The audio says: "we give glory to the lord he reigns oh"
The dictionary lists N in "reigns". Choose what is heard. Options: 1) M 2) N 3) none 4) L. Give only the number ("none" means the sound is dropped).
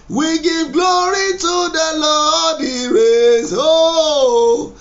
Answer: 3